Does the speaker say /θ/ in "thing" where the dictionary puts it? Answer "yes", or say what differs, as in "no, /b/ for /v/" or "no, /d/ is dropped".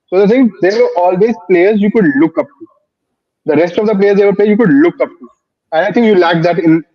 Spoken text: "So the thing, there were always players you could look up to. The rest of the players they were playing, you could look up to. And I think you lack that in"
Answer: no, /s/ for /θ/